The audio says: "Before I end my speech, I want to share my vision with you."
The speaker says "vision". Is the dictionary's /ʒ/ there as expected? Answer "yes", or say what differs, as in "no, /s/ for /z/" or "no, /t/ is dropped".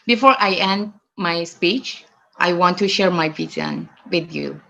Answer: no, /z/ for /ʒ/